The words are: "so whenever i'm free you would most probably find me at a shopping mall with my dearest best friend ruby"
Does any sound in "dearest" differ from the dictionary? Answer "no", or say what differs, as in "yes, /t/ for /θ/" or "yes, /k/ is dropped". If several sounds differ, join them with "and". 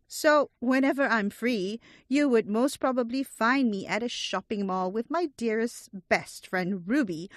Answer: no